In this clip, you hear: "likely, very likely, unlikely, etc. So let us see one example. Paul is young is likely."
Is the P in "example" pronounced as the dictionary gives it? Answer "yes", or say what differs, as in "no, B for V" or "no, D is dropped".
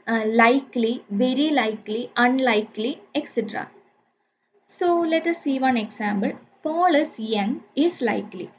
no, B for P